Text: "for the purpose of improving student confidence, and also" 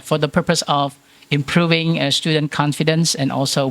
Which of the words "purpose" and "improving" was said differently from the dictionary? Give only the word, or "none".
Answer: none